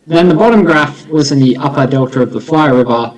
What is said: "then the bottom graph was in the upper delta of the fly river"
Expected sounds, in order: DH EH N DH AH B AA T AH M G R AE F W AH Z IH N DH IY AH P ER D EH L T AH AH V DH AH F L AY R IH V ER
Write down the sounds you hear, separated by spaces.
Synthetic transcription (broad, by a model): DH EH N DH AH B AA T AH M G R AE F W AH Z IH N DH IY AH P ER D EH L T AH AH V DH AH F L AY R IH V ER